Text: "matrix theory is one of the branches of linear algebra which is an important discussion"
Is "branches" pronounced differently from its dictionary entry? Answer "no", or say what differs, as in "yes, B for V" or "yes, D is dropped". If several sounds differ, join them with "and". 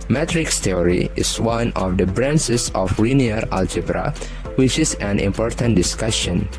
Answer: yes, S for CH and S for Z